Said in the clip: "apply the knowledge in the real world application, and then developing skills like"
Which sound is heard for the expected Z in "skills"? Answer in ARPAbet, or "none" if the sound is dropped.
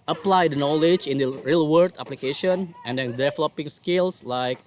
S